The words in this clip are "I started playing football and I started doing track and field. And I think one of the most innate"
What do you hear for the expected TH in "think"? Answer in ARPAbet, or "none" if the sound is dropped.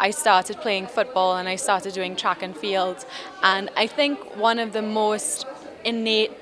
TH